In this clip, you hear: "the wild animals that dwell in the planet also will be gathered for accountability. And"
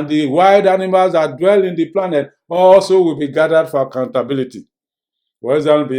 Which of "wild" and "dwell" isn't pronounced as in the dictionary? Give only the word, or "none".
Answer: wild